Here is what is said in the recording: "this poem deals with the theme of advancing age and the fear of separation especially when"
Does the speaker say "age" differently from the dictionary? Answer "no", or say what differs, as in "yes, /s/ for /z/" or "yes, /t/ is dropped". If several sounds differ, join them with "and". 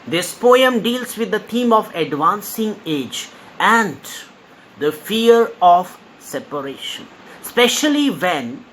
no